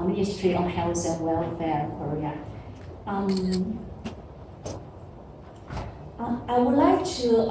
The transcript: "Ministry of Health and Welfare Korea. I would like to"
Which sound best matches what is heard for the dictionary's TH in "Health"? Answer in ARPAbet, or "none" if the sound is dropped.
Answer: S